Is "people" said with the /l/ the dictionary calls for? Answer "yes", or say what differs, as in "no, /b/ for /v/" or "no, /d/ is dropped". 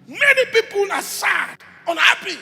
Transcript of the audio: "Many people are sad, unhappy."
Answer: yes